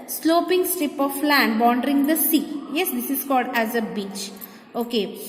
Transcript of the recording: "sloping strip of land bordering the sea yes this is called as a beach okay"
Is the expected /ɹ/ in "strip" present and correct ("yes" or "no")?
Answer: yes